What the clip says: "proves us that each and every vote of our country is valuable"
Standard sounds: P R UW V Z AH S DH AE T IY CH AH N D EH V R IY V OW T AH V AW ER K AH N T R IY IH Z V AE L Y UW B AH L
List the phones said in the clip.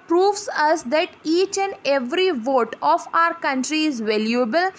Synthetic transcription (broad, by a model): P R UW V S AH S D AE T IY CH AH N D EH V R IY V OW T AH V AW ER K AH N T R IY IH Z V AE L Y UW B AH L